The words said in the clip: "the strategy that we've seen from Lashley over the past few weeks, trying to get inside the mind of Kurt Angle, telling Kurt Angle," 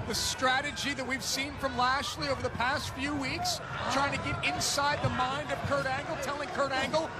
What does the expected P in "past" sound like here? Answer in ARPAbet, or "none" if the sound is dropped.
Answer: P